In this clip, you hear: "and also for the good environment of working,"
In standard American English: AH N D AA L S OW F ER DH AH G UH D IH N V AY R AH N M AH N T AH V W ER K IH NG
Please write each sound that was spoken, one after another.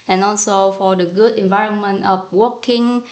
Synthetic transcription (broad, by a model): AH N AA L S OW F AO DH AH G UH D IH N V AY R AH N M AH N T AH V W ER K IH NG